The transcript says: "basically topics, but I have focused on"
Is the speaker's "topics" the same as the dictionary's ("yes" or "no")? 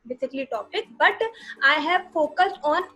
no